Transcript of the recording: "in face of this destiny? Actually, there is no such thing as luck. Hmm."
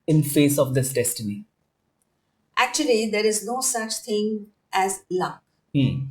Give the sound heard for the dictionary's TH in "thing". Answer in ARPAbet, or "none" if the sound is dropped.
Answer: T